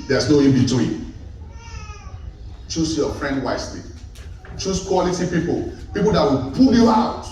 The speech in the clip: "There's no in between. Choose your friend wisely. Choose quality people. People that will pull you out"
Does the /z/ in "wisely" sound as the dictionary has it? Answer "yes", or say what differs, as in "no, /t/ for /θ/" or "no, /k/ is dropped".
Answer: no, /s/ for /z/